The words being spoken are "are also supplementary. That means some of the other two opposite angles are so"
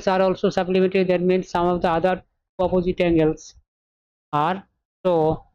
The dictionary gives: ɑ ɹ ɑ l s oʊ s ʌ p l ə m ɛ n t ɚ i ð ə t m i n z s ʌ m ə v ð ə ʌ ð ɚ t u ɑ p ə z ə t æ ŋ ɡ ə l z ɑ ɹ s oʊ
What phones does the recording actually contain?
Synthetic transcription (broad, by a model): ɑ ɹ ɑ l s oʊ s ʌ b l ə m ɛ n t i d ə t m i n s ʌ m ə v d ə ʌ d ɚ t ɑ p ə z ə t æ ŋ ɡ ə l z ɑ ɹ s oʊ